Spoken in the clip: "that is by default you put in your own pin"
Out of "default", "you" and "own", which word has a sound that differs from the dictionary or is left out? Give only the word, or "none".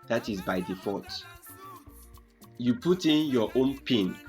default